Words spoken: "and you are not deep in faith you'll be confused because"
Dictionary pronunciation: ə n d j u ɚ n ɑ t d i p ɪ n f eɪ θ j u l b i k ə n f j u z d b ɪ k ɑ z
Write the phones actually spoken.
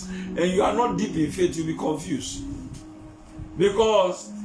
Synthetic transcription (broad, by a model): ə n j u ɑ n ɑ t d i p ɪ n f eɪ t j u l b i k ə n f j u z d b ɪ k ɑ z